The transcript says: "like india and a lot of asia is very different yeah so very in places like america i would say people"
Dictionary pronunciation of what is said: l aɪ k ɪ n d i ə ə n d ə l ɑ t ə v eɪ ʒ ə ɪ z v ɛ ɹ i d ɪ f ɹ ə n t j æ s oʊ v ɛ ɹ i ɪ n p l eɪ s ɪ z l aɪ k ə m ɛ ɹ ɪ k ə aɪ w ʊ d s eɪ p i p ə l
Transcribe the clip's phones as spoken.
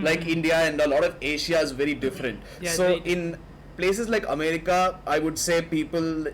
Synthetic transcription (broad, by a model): l aɪ k ɪ n d i ə ə n d ə l ɑ t ə v eɪ ʃ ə ɪ z v ɛ ɹ i d ɪ f ɹ ə n t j s oʊ ɪ n p l eɪ s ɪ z l aɪ k ə m ɛ ɹ ɪ k ə aɪ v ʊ d s eɪ p i p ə l